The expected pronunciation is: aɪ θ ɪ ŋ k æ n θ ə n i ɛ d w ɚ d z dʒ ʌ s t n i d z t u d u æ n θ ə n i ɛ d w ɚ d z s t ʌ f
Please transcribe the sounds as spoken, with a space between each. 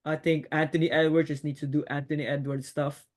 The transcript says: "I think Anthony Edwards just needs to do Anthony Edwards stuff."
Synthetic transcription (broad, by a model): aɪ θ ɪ ŋ k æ n t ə n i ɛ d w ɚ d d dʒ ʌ s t n i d s t u d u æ n t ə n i ɛ d w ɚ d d s t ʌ f